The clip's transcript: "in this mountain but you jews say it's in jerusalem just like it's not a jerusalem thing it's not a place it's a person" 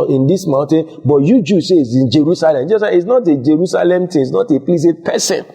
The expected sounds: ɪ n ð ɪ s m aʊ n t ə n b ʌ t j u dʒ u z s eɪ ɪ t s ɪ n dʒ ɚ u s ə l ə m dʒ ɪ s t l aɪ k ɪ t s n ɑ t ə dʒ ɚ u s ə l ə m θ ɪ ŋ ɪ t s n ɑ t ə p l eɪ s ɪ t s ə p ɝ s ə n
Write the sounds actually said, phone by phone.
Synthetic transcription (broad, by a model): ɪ n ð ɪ s m aʊ n t ə n b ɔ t j u dʒ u s eɪ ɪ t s ɪ n dʒ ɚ u s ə l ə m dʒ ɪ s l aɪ ɪ t s n ɑ t ə dʒ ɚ u s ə l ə m t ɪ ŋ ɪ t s n ɑ t ə p l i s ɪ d p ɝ s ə n